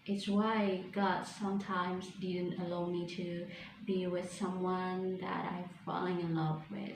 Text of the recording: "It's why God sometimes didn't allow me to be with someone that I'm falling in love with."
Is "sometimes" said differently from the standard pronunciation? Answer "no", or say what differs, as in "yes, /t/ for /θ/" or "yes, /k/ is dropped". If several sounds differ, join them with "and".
no